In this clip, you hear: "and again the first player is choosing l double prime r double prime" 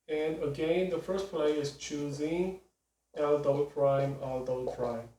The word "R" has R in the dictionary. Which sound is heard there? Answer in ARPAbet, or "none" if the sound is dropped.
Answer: L